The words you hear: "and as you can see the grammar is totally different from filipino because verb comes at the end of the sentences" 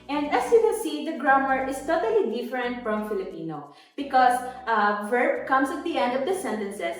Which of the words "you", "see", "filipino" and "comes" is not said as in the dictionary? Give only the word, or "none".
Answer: comes